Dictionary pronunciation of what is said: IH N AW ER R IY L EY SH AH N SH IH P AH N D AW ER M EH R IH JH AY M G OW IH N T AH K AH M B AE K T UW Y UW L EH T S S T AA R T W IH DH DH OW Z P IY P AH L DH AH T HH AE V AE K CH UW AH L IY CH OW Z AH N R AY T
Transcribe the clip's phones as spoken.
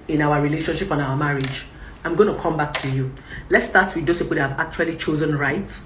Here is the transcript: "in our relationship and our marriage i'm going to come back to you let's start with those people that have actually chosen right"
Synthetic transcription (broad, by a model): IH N AW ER R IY L EY SH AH N SH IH P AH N AW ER M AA R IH JH AY M G OW IH N T AH K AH M B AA K T UW Y UW L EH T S S T AA T W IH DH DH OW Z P IY P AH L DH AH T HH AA V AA K CH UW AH L IY CH OW Z AH N R AY T